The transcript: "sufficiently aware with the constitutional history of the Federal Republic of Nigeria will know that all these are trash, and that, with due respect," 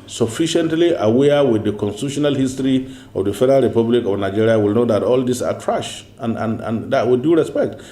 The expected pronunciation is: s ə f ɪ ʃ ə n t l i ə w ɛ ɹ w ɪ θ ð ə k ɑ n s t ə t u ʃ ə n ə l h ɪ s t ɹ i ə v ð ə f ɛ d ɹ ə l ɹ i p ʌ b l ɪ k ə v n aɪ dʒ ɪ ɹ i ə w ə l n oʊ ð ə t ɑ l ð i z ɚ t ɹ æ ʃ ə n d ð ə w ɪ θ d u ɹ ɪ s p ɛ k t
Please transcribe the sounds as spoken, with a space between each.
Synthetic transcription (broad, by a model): s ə f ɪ ʃ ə n t l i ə w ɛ w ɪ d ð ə k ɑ n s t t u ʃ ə n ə l h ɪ s t ɹ i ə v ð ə f ɛ d ɹ ə l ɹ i p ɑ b l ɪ k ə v n aɪ dʒ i ɹ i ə w ə l n oʊ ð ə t ɑ l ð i s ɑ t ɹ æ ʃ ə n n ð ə w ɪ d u ɹ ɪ s p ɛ k t